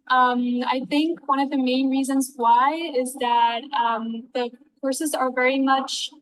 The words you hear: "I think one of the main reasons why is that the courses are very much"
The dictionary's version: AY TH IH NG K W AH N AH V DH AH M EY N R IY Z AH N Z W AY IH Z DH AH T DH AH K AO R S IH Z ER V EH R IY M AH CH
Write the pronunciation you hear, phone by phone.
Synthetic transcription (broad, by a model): AY TH IH NG K W AH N AH V DH AH M EY N R IY Z AH N Z W AY IH Z DH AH T DH AH K AO R S IH Z ER V EH R IY M AH CH